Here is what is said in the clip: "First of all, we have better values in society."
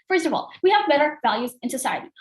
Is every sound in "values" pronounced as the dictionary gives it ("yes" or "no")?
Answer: yes